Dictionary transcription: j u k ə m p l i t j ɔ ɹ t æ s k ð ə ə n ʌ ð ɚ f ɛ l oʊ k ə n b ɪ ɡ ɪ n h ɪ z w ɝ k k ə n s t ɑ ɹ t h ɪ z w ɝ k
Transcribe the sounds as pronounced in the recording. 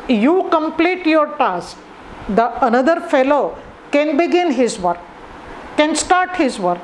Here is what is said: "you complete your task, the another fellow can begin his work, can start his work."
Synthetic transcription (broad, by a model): j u k ə m p l i t j ɔ ɹ t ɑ s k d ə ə n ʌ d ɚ f ɛ l oʊ k ə n b ɪ ɡ ɪ n h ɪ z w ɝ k k ə n s t ɑ ɹ t h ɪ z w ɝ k